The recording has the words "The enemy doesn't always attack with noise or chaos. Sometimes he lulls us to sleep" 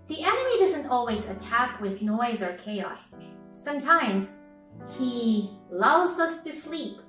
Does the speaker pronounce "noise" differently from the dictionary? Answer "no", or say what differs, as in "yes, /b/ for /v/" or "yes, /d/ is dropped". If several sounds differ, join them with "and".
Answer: no